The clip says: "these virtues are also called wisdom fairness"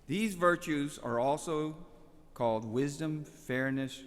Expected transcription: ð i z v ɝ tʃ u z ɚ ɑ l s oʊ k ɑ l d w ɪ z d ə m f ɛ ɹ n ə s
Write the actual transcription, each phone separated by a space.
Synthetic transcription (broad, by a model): ð i z v ɝ tʃ u z ɚ ɑ l s oʊ k ɑ l d w ɪ z d ə m f ɛ ɹ n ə s